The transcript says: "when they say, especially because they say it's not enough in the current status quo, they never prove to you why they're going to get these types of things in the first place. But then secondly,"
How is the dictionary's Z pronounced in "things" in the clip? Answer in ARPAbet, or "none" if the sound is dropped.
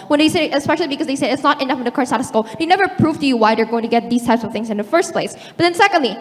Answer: Z